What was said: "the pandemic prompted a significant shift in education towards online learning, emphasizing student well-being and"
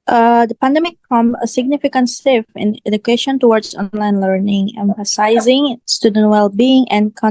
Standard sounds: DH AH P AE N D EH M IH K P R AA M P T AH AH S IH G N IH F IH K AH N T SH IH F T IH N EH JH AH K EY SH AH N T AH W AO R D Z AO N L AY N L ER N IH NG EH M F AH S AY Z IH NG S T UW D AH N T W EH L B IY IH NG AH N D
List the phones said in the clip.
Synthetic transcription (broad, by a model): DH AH P AE N D EH M IH K F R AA M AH AH S IH G N IH F IH K AH N T S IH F IH N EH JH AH K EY SH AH N T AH W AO R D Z AO N L AY N L ER N IH NG EH M F AH S AY Z IH NG S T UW D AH N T W EH L B IY IH NG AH N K